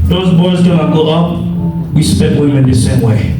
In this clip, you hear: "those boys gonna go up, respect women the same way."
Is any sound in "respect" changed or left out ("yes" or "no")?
yes